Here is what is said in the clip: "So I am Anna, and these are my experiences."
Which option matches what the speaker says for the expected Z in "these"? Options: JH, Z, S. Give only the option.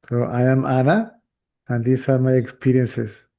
S